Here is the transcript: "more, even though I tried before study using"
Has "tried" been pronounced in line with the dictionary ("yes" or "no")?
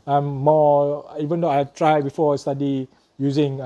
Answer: yes